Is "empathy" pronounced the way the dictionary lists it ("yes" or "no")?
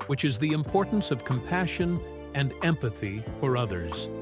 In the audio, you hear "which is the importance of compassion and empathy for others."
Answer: yes